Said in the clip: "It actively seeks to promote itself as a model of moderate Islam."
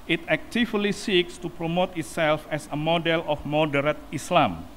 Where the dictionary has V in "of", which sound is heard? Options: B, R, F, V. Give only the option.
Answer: F